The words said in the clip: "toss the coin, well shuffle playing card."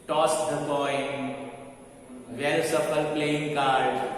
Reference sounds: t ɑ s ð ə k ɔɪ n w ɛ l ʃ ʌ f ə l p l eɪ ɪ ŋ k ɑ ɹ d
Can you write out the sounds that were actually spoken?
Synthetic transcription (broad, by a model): t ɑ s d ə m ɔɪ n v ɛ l s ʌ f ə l p l eɪ ɪ ŋ k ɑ ɹ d